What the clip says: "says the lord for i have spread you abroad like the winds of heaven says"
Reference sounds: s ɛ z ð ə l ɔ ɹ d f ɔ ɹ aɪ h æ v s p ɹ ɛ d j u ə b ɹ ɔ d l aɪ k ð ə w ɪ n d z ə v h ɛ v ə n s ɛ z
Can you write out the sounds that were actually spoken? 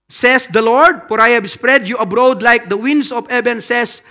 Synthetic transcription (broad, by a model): s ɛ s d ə l ɔ ɹ d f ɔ ɹ aɪ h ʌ b s p ɹ ɛ d j u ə b ɹ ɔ d l aɪ k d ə w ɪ n d s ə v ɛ b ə n s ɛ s